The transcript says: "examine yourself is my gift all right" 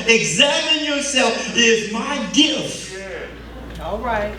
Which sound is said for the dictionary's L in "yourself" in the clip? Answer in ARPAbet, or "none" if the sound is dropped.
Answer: L